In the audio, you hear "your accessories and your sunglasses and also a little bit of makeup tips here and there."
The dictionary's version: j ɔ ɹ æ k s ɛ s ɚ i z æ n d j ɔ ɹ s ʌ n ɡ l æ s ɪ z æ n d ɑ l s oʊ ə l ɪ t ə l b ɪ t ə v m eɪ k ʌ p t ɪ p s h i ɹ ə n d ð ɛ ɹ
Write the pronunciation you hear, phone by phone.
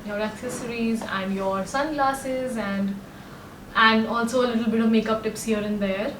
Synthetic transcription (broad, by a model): j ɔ ɹ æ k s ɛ s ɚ i z æ n d j ɔ ɹ s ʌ n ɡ l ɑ s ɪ z æ n d ɑ l s oʊ ə l ɪ t ə l b ɪ t ə v m eɪ k ʌ p t ɪ p s h i ɹ ə n d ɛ ɹ